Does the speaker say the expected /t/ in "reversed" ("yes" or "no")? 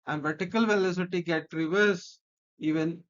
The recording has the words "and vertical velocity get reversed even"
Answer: no